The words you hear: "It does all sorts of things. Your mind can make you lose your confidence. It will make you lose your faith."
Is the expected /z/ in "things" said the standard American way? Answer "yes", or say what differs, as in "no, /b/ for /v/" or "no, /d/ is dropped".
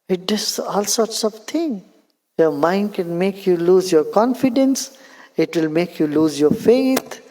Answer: no, /z/ is dropped